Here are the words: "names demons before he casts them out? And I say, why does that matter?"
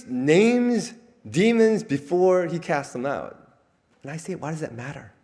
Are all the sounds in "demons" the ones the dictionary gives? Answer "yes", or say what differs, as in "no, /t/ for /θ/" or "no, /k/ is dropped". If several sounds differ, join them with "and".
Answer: yes